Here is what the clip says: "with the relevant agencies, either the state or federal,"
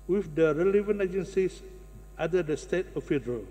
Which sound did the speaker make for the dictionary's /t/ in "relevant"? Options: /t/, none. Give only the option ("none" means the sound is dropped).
none